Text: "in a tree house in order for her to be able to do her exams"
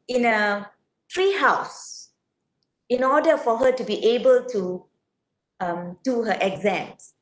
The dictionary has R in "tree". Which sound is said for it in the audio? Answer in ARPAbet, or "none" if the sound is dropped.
R